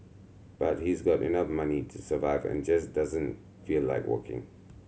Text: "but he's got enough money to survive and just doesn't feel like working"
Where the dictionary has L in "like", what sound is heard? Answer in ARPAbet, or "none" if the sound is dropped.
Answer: L